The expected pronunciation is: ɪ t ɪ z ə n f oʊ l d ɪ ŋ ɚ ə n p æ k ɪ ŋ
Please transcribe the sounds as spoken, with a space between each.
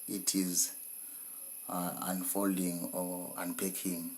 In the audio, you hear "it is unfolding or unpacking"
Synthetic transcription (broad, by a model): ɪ t ɪ z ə n f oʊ l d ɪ ŋ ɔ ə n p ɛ k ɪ ŋ